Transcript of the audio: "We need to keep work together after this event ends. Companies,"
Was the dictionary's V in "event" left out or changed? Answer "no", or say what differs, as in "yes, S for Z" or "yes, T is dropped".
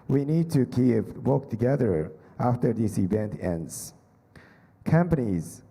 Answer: no